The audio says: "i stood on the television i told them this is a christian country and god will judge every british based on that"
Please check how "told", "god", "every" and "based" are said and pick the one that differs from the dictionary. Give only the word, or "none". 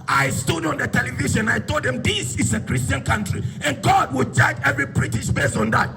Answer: based